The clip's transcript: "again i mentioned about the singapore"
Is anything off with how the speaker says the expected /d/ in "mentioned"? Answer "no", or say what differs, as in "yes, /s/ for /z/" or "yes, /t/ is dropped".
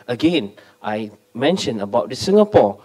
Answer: yes, /d/ is dropped